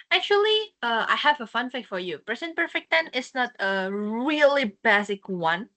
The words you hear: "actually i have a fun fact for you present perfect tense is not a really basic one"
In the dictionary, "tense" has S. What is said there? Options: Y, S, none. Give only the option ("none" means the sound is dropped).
none